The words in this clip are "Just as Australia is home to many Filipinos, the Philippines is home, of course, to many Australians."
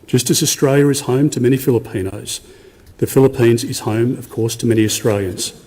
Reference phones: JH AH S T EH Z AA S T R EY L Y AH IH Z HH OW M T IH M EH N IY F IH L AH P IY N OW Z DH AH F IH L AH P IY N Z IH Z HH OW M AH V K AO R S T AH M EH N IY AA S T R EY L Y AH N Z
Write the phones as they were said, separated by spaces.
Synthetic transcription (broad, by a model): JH AH S T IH Z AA S T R EY L Y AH IH Z HH OW M T IH M EH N IY F IH L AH P IY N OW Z DH AH F IH L AH P IY N Z IH Z HH OW M AH V K AO R S T AH M EH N IY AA S T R EY L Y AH N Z